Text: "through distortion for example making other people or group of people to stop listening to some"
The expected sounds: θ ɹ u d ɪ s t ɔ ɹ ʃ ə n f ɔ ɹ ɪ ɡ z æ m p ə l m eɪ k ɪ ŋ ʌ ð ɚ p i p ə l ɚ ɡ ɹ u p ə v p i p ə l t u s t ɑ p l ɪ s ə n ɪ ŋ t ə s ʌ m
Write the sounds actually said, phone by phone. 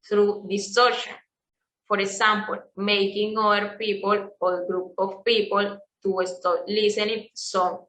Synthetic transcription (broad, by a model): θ ɹ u d ɪ s t ɔ ɹ ʃ ə n f ɔ ɹ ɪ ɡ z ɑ m p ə l m eɪ k ɪ ŋ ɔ ɚ p i p ə l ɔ ɡ ɹ u p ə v p i p ə l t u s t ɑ l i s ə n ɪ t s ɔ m